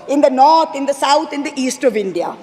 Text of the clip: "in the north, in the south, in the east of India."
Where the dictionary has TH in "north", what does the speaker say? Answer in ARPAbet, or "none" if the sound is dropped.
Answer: T